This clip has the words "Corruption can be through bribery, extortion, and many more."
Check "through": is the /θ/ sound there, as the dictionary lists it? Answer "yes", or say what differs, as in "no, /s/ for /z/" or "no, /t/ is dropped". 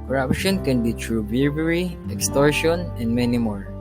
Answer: no, /t/ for /θ/